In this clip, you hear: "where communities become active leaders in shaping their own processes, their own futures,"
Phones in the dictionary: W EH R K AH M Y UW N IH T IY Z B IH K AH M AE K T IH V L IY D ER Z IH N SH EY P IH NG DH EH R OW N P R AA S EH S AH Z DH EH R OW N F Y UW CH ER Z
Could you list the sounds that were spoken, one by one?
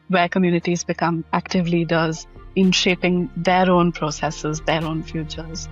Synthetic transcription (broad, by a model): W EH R K AH M Y UW N IH T IY Z B IH K AH M AE K T IH V L IY D ER Z IH N SH EY P IH NG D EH R OW N P R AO S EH S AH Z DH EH R OW N F Y UW CH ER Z